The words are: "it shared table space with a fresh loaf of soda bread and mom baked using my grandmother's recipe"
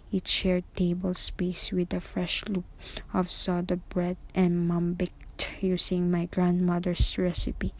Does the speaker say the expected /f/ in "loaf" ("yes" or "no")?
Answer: no